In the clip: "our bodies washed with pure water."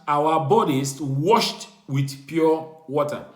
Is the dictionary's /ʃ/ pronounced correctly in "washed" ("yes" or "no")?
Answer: yes